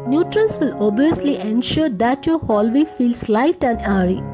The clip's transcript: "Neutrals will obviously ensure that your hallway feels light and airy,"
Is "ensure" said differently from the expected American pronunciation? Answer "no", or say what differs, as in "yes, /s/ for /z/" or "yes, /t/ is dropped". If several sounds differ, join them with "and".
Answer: no